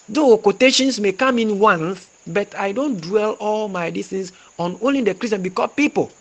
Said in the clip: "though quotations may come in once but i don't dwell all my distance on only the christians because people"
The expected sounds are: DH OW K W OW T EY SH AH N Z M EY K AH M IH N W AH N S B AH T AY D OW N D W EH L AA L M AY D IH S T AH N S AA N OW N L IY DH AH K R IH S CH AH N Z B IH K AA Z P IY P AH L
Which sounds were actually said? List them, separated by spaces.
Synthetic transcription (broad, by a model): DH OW K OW T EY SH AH N S M EY K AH M IH N W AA N TH B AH T AY D OW N D W EH L AA L M AY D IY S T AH N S AA N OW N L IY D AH K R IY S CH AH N B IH K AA P IY P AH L